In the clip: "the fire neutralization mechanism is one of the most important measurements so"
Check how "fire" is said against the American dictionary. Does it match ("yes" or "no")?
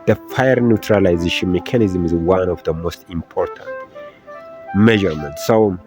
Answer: yes